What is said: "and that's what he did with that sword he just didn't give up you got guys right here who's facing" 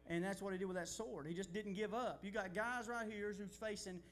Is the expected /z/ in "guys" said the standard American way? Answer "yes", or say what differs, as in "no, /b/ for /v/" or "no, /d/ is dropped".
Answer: yes